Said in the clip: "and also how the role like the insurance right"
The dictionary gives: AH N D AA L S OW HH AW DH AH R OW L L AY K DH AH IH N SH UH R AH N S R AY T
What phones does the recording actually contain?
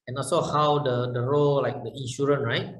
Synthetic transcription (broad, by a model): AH N AA L S OW HH AW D AH R OW L L AY K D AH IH N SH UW R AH N R AY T